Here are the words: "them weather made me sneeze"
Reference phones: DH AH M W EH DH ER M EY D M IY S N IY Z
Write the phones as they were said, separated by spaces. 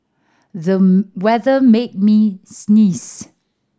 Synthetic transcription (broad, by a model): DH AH W EH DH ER M EY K M IY S N IY S